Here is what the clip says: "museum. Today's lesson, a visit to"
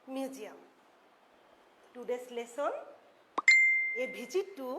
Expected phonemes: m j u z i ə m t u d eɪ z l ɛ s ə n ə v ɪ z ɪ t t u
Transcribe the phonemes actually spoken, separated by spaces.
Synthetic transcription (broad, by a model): m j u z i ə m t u d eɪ s l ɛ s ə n ə b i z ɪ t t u